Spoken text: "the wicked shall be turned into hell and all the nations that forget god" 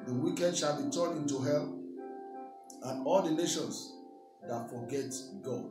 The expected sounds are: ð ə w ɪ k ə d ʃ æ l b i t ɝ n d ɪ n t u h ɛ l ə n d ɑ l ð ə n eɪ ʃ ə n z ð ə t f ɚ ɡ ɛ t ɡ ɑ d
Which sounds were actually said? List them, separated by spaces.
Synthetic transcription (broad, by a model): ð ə w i k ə d ʃ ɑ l b i t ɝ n ɪ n t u h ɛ l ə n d ɑ l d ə n eɪ ʃ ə n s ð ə t f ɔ ɡ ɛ t ɡ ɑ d